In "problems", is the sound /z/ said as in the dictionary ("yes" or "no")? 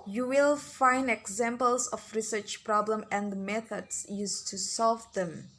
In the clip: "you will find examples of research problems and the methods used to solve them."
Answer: no